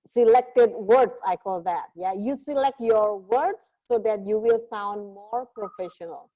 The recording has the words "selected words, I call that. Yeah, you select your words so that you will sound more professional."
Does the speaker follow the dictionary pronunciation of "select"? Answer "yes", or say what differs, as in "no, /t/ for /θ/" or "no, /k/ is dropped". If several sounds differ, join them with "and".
yes